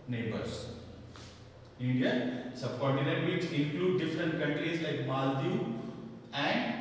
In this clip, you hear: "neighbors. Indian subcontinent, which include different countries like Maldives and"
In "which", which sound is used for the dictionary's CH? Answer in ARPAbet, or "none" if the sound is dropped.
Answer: S